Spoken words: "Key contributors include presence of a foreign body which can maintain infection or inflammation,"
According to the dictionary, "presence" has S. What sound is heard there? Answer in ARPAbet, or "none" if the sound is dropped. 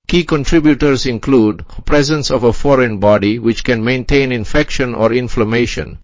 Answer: S